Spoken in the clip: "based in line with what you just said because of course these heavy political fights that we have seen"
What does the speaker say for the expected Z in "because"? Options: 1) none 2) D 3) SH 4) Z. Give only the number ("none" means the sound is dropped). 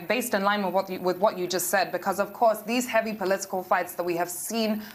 4